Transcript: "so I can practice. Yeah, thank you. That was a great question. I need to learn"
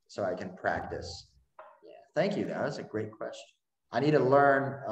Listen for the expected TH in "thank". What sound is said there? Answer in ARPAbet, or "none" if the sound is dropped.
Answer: TH